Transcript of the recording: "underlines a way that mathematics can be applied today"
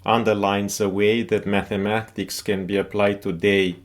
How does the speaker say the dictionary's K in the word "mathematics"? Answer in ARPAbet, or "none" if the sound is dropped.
K